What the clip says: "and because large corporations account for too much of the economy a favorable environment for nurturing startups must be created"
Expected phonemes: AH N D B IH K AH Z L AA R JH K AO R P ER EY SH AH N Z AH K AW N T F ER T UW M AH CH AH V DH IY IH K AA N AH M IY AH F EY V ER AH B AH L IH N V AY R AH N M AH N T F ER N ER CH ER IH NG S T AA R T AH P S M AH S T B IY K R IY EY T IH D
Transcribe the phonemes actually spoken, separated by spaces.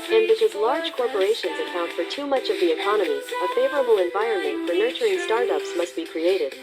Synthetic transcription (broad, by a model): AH N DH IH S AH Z L AA R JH K AO R P ER EY SH AH N Z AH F AW N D F ER T UW M AH CH AH V DH IY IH K AA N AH M IY AH F EY V ER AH B L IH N V AY R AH N M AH N T F ER N ER CH ER IH NG S T AA R T AH P S M AH S T B IY K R IY EY T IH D